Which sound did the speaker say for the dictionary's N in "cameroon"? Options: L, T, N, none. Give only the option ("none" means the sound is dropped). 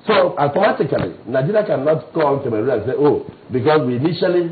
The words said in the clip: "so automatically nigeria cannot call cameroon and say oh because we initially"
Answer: none